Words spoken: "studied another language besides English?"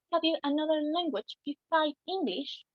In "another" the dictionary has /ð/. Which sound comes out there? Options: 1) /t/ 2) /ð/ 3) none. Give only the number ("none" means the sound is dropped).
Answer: 2